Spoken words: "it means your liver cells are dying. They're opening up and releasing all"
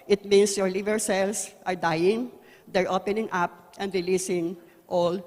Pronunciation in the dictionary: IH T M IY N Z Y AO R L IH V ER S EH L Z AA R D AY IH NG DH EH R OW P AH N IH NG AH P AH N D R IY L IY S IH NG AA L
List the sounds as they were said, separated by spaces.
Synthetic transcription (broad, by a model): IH T M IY N S Y AO R L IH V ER S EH L S AA R D AY IH NG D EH R OW P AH N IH NG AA P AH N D R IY L IY S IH NG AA L